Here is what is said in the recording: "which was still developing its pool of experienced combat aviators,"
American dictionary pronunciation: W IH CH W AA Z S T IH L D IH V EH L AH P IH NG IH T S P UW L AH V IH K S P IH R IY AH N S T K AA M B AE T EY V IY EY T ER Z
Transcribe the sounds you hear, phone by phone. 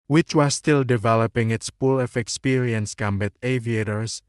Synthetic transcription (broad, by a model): W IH CH W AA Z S T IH L D IH V EH L AH P IH NG IH T S P UW L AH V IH K S P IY R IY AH N S K AA M B AE T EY V IY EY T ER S